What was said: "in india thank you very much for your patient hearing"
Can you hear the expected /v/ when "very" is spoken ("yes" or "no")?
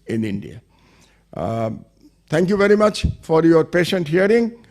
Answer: yes